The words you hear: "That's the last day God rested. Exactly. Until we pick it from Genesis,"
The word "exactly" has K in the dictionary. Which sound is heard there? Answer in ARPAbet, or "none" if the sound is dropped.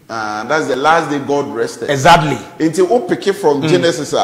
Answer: none